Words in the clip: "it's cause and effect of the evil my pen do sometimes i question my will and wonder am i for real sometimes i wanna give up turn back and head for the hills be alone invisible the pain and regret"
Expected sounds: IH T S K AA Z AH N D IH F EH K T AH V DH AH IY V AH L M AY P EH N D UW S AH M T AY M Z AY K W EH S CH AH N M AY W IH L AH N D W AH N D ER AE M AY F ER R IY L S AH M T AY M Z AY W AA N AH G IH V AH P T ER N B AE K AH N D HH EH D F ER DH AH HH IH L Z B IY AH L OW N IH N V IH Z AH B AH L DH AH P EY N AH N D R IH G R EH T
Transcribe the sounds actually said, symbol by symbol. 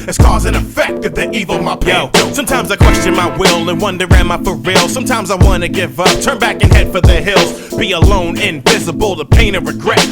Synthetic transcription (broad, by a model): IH T S K AA Z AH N IH F EH K T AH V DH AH IY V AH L M AY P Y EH S AH M T AY M Z AY K W EH S CH AH N M AY W IH L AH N W AH N D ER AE M AY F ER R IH L S AH M T AY M Z AY W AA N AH G IH V AH P T ER N B AE K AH N HH EH D F ER DH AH HH IH L Z B IY AH L OW N IH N V IH Z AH B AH L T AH P EY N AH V R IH G R EH T